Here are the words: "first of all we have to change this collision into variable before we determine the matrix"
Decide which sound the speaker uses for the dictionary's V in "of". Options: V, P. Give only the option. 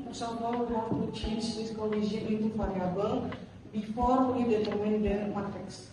P